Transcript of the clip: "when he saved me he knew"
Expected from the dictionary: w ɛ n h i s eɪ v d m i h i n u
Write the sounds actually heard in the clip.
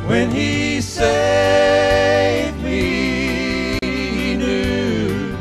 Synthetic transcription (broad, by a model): w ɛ n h i s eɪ d m i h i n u